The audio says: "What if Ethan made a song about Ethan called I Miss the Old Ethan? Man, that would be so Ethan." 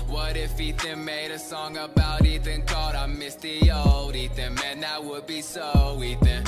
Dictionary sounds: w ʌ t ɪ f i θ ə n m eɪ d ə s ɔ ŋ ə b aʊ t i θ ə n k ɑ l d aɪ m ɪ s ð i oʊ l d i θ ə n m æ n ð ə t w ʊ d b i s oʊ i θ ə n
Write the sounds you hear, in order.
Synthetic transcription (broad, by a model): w ʌ t ɪ f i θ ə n m eɪ d ə s ɔ ŋ ə b aʊ t i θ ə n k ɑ d aɪ m ɪ s ð i oʊ l d i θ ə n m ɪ n ð ə t w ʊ d b i s oʊ i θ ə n